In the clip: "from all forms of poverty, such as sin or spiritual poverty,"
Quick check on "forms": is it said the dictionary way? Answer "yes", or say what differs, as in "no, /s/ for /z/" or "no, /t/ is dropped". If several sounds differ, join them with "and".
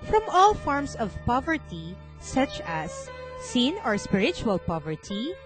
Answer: no, /s/ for /z/